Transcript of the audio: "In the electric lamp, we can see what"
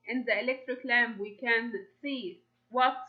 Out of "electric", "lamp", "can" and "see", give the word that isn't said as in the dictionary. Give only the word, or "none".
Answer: lamp